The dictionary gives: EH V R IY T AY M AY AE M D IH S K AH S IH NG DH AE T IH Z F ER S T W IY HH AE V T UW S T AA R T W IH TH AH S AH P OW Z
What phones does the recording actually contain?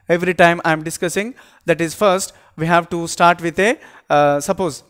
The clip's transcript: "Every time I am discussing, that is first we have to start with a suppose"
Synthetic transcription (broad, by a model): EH V R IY T AY M AY M D IH S K AH S IH NG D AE T IH Z F ER S T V IY HH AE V T UW S T AA R T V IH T AH S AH P OW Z